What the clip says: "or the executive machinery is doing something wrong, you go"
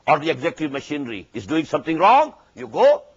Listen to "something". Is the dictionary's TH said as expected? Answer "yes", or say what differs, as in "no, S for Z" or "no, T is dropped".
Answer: no, T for TH